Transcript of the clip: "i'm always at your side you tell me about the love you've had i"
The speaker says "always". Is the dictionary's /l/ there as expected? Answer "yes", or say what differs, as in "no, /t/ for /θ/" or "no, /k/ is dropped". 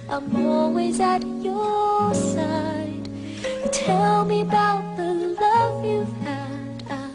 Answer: no, /l/ is dropped